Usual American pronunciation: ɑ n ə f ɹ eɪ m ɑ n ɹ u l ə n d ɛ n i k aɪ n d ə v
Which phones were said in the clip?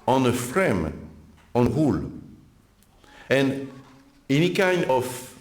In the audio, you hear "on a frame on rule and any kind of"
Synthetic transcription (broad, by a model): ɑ n ə f ɹ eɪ m ɑ n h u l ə n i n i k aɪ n ə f